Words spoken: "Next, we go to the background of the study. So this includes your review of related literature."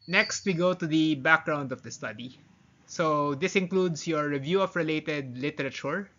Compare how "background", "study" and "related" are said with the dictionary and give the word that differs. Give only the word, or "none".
none